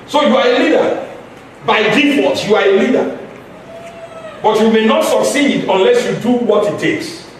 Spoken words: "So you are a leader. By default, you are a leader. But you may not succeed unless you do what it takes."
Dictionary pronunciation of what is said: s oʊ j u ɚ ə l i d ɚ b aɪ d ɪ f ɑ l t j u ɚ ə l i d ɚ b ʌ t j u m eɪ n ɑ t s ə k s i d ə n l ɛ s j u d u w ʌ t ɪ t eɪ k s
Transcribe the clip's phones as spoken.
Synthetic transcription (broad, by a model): s oʊ j u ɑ ə l i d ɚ b aɪ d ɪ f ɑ t j u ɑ ə l i d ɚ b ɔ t j u m eɪ n ɑ t s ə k s i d ə n l ɛ s j u d u w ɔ t ɪ t eɪ k s